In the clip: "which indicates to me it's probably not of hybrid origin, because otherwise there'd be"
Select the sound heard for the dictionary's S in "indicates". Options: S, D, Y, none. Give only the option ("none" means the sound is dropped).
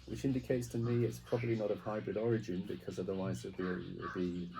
S